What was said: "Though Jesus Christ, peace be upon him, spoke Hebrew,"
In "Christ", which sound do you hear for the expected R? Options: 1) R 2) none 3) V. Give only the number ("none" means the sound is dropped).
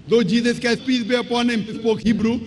2